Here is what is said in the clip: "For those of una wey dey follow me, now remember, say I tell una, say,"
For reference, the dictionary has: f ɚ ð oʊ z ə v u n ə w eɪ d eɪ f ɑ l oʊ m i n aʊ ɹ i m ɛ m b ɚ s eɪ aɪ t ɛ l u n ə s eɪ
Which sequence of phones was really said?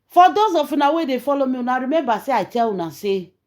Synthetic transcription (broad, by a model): f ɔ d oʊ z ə f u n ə w eɪ d eɪ f ɑ l oʊ m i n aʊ ɹ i m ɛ m b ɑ s eɪ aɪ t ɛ w u n ə s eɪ